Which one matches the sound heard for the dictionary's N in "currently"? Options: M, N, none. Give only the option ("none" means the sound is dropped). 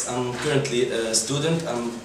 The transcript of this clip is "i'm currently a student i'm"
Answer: N